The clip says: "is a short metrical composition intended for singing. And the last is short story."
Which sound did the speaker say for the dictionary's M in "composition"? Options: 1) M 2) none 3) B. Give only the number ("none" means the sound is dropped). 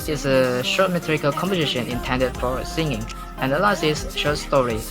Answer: 1